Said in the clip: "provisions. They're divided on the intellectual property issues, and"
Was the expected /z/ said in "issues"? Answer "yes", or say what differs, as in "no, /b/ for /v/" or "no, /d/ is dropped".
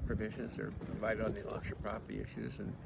yes